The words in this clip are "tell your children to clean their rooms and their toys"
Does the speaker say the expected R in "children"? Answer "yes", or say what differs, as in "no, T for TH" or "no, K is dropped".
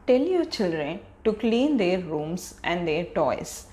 yes